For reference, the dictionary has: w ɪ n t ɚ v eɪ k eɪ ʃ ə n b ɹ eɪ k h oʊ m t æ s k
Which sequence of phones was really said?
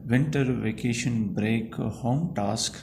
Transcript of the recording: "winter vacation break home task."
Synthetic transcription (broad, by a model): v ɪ n t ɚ v eɪ k eɪ ʃ ə n b ɹ eɪ k h oʊ m t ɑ s k